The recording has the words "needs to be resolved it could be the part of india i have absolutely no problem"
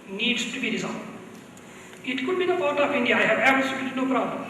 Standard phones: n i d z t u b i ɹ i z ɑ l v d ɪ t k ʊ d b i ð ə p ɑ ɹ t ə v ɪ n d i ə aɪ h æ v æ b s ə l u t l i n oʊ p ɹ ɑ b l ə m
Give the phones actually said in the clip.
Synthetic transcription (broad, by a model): n i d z t u b i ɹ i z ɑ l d ɪ t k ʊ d b i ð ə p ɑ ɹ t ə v ɪ n d i ə aɪ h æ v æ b ə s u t i n oʊ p ɹ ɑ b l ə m